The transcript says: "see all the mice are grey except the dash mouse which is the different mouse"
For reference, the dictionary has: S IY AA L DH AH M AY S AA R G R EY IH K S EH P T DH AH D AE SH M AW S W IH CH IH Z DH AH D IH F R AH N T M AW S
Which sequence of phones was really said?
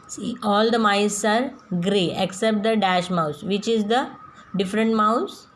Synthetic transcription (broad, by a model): S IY AA L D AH M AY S AA R G R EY IH K S EH P T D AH D AE SH M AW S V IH CH IH Z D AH D IH F R AH N T M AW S